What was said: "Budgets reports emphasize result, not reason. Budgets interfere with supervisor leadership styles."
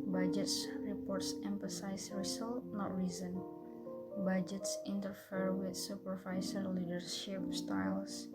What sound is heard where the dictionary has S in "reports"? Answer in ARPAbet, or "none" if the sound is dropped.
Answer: S